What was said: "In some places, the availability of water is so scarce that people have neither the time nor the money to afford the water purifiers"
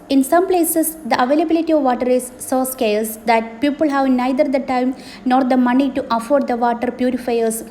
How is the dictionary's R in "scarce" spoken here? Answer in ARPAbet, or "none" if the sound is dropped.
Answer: L